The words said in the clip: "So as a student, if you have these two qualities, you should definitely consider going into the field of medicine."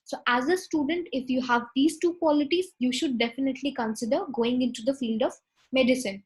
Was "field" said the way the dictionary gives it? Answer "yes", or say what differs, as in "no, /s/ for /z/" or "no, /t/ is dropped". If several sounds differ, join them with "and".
yes